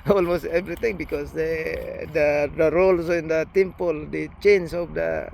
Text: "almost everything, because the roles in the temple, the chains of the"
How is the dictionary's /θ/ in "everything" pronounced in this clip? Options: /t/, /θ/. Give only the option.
/t/